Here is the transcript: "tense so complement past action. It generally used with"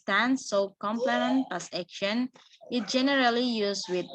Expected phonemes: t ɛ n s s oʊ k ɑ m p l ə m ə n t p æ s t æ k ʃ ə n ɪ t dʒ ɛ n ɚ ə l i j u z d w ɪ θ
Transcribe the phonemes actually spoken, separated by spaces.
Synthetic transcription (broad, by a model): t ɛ n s s oʊ k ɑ m p l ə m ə n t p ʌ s ɛ k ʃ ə n ɪ t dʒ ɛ n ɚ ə l i j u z w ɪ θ